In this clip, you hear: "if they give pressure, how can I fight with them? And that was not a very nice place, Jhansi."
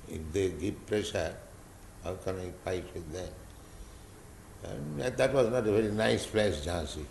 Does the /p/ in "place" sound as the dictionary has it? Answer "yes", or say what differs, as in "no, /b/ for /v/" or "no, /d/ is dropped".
no, /f/ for /p/